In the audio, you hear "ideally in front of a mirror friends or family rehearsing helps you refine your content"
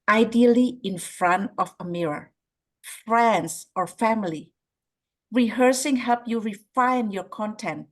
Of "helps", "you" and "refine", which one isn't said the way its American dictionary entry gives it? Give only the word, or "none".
helps